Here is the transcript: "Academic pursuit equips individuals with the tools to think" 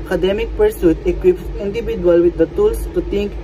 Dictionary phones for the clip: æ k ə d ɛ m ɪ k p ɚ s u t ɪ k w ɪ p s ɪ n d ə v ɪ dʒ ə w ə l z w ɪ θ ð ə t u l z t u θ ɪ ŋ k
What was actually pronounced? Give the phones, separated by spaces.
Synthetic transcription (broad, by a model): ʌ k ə d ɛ m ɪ k p ɚ s u t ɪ k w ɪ p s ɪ n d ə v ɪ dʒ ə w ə l w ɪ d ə t u l s t u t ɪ ŋ k